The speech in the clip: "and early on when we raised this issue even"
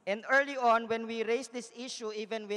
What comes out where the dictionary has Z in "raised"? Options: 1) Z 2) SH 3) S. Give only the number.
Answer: 3